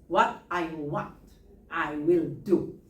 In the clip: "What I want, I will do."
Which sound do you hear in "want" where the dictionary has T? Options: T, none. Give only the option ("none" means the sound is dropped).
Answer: T